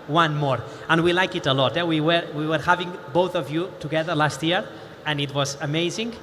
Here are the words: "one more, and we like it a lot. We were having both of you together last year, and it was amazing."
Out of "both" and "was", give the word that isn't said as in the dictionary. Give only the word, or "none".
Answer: none